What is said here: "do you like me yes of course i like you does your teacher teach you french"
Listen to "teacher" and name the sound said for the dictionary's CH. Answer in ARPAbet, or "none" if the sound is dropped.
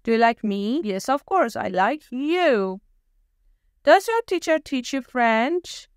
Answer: CH